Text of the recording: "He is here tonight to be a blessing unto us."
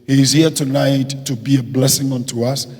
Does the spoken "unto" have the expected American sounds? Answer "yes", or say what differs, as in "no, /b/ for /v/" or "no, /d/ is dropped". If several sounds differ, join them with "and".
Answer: yes